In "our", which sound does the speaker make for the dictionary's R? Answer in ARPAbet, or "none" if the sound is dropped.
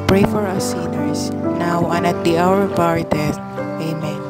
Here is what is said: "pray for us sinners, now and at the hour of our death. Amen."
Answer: R